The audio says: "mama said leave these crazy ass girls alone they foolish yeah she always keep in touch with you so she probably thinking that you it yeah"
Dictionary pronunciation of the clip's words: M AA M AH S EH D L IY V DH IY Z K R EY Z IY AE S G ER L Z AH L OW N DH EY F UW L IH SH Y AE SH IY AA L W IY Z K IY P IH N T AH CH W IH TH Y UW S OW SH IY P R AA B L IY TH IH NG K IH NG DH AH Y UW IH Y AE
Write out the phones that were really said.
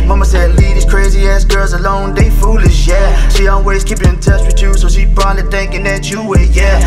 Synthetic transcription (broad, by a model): M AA M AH S EH D L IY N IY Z K R EY Z IY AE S G ER L Z AH L OW N DH EY F UW L IH SH Y AE SH IY AA L W IY Z K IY P IH N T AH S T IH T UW S OW SH IY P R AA L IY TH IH NG K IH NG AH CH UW IH Y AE